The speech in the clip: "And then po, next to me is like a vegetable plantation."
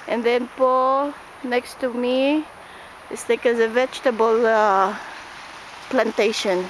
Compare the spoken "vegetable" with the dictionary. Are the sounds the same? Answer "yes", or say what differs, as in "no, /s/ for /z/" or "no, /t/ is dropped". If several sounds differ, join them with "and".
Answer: yes